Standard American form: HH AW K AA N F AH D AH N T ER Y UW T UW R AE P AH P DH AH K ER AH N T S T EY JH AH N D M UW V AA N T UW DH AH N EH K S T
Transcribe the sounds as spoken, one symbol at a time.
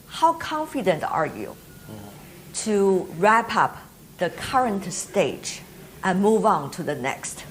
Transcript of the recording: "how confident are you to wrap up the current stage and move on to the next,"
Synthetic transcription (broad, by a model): HH AW K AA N F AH D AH N T ER Y UW T UW R AE P AH P DH AH K ER AH N T S T EY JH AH N M UW V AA N T UW DH AH N EH K S T